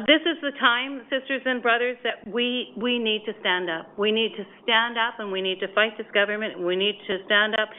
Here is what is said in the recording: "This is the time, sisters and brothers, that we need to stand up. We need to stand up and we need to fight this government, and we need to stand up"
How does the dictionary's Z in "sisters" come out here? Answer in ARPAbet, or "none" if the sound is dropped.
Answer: Z